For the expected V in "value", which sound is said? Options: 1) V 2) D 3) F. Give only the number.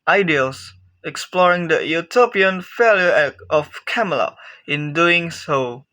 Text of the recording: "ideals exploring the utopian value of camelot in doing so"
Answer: 3